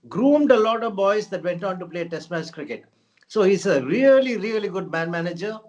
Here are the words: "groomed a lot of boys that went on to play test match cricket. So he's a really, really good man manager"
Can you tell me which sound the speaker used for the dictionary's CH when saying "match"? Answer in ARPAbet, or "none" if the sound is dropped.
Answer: S